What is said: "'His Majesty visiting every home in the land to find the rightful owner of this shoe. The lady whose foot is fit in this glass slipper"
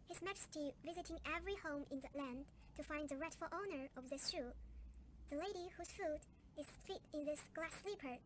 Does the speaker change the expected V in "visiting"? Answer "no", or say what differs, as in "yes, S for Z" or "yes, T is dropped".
no